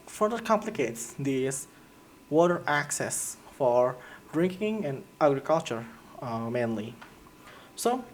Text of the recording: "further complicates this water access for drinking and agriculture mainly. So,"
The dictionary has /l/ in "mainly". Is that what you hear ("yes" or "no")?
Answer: yes